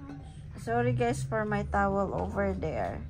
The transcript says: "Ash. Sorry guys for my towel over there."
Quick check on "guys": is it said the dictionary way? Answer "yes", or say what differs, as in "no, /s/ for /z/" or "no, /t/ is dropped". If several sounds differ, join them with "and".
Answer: no, /s/ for /z/